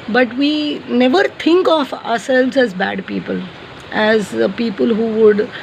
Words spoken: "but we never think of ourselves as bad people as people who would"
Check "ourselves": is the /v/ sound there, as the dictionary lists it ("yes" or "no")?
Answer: yes